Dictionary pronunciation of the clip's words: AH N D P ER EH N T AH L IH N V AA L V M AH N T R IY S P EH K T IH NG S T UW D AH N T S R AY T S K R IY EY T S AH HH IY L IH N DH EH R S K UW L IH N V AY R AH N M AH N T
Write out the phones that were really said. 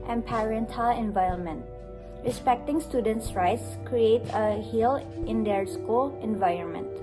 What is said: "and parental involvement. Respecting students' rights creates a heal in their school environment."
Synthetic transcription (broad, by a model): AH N P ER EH N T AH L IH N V AA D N M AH N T R IY S P EH K T IH NG S T UW D AH N T S R AY T S K R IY EY T AH HH IY L IH N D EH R S K UW L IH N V AY R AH N M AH N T